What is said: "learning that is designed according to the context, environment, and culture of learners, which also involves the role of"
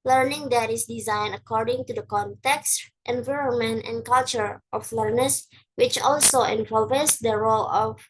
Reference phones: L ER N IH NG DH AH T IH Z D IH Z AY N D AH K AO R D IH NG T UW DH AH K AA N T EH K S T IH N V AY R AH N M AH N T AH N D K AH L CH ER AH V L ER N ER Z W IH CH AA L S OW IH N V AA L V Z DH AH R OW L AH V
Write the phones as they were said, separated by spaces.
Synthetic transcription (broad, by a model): L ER N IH NG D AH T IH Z D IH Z AY N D AH K AO R D IH NG T UW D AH K AA N T EH K S T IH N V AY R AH N M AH N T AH N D K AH L CH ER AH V L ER N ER S W IH CH AA L S OW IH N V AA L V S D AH R OW L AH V